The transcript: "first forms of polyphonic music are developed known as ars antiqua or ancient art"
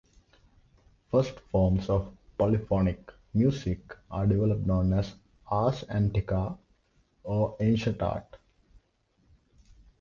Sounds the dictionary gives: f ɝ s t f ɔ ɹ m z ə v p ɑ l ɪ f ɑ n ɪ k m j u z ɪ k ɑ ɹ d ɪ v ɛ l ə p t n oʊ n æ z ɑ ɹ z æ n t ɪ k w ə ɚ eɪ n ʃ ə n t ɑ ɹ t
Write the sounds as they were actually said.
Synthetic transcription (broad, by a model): f ɝ s t f ɔ ɹ m s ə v p ɑ l ɪ f ɑ n ɪ k m j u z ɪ k ɑ ɹ d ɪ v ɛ l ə p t n oʊ n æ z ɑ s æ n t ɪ k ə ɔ eɪ n ʃ ə n t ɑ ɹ t